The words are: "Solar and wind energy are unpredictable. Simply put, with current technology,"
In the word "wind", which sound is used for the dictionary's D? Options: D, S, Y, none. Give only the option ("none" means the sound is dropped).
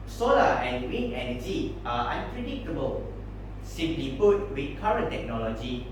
none